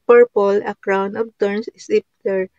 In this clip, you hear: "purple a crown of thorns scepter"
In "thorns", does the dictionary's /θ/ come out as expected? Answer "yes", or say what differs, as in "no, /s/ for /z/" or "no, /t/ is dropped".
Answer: no, /t/ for /θ/